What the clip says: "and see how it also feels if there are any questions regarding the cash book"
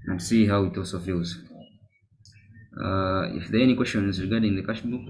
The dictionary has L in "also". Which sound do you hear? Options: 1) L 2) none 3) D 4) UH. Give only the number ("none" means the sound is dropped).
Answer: 2